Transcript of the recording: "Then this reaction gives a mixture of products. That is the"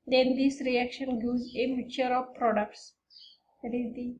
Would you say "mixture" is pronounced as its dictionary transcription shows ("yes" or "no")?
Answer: no